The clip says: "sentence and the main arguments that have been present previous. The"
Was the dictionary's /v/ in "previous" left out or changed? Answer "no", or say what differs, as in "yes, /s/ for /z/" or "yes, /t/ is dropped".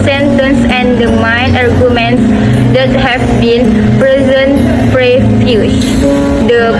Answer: yes, /f/ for /v/